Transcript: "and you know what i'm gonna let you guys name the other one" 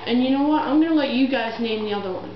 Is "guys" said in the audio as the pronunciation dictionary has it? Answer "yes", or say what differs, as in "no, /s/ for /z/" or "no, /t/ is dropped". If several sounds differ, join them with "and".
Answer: yes